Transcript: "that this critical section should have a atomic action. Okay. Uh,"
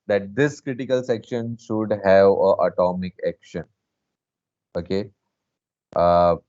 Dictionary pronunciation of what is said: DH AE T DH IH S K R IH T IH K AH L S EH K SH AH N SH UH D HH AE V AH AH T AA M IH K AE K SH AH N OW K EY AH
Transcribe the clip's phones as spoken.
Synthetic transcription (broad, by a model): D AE T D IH S K R IH T IH K AH L S EH K SH AH N SH UH D HH AE V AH AH T AA M IH K AE K SH AH N OW K EY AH